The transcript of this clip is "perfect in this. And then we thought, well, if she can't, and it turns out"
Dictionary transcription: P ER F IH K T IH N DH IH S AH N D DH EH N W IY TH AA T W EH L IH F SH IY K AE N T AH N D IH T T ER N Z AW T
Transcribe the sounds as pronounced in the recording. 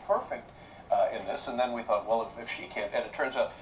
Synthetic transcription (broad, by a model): P ER F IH K T IH N DH IH S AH N DH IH N W IY TH AA T W EH L IH F SH IY K AE N T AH D IH T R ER Z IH